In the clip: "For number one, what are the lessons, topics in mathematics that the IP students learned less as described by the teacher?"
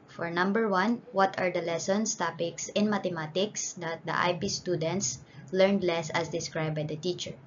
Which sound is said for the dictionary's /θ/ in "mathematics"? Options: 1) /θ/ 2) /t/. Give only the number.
2